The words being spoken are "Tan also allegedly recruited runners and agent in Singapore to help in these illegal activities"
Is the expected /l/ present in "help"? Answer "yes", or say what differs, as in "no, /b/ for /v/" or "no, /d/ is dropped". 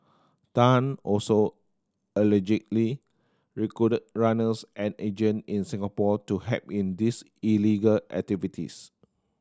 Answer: no, /l/ is dropped